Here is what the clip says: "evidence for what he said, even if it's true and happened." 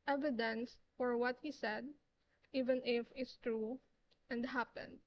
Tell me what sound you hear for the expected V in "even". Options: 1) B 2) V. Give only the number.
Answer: 2